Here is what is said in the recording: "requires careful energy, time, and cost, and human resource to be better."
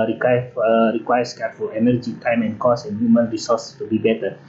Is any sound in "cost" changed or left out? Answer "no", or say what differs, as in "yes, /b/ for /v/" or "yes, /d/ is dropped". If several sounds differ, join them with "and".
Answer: yes, /t/ is dropped